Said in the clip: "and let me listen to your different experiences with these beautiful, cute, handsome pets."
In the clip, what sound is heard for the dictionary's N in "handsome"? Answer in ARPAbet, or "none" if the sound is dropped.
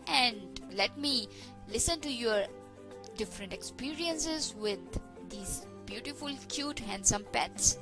N